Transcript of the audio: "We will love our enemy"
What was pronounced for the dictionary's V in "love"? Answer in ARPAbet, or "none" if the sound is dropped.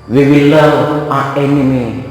none